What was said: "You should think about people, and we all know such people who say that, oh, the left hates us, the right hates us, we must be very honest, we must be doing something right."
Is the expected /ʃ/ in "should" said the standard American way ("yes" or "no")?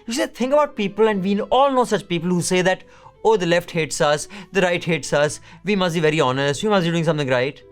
no